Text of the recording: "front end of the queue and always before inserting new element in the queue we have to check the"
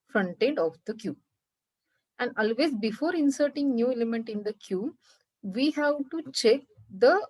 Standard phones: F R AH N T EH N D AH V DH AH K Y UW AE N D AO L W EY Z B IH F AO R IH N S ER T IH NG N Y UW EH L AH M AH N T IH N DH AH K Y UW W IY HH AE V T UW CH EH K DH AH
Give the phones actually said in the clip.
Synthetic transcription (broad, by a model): F R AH N T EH D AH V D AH K Y UW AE N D AO L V EY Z B IH F AO R IH N S ER T IH NG N Y UW EH L AH M AH N T IH N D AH K Y UW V IY HH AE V T UW CH EH K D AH